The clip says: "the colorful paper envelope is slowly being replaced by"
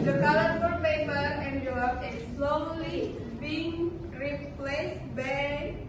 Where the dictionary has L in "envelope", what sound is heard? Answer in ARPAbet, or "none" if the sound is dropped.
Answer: none